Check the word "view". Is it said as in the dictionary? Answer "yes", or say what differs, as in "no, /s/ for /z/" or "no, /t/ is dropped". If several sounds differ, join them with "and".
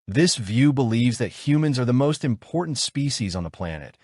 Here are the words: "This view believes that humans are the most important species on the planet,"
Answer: yes